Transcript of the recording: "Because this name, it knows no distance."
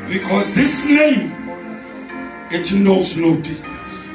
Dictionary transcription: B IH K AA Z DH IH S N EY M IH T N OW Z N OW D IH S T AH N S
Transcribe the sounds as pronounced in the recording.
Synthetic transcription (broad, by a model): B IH K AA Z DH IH S N EY M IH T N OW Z N OW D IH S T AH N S